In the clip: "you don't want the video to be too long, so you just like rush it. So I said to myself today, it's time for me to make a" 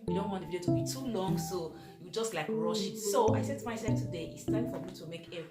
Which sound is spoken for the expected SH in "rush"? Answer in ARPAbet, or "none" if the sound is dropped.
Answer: SH